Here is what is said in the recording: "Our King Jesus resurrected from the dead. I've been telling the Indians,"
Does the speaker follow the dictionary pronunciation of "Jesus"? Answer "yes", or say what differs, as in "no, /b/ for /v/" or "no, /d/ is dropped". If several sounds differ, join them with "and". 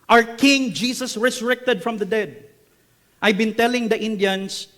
no, /s/ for /z/